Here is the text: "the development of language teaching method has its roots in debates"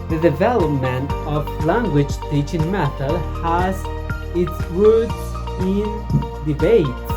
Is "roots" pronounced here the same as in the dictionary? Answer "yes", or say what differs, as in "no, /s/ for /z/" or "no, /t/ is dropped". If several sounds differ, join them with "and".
no, /w/ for /ɹ/